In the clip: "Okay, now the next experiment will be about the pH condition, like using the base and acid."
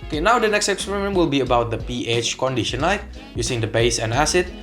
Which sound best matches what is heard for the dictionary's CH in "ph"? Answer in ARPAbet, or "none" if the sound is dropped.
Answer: CH